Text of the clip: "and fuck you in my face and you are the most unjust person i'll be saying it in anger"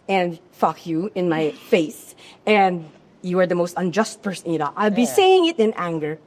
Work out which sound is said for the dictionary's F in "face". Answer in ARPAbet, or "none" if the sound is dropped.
F